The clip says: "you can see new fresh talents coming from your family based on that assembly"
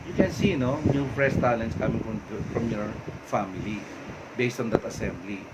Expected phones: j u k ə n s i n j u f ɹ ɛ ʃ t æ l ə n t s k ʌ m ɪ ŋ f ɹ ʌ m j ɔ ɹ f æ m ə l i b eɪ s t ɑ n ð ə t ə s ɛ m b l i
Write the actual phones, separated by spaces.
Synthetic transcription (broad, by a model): j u k ə n s i n j u p ɹ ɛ s t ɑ l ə n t s k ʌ m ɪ ŋ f ɹ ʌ m j ɔ ɹ f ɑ m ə l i b eɪ s t ɑ n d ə t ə s ɛ m b l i